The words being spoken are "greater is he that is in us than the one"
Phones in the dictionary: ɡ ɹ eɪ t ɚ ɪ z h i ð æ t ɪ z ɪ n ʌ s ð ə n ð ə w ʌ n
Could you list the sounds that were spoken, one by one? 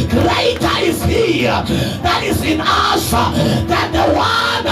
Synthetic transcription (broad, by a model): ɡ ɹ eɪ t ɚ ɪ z h i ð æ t ɪ z ɪ n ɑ ʃ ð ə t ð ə w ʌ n